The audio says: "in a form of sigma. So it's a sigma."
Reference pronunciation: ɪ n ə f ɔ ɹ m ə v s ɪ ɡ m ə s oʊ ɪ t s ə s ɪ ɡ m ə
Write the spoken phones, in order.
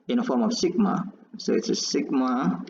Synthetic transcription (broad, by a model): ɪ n ə f ɔ ɹ m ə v s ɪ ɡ m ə s oʊ ɪ t s ə s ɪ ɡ m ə